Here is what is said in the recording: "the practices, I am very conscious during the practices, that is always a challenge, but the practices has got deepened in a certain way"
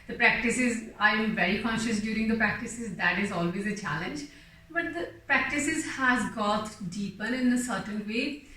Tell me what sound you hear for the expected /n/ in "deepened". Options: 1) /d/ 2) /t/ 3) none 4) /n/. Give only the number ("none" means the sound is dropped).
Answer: 3